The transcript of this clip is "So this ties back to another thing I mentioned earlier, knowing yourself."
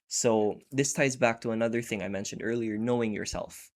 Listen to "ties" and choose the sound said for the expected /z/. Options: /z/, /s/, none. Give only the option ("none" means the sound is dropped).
/z/